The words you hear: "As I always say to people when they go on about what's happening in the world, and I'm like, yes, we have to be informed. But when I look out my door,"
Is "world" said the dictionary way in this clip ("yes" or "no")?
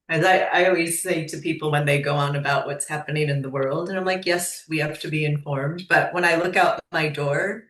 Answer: yes